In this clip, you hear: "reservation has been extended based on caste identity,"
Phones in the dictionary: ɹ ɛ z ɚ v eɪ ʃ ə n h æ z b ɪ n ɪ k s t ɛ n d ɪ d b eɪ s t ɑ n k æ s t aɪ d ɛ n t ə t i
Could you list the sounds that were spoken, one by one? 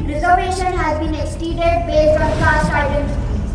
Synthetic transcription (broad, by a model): ɹ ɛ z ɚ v eɪ ʃ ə n h æ z b ɪ n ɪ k s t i d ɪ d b eɪ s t ɑ n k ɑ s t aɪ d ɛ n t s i